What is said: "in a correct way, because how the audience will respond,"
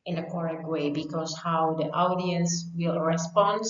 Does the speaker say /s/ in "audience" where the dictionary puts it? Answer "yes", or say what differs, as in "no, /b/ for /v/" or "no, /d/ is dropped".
yes